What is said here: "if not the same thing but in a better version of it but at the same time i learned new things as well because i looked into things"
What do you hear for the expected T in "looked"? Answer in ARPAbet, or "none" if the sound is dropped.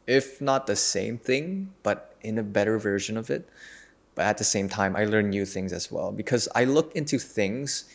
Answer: none